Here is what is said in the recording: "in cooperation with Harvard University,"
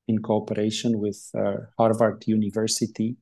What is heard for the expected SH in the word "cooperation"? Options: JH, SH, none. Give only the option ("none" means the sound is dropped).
SH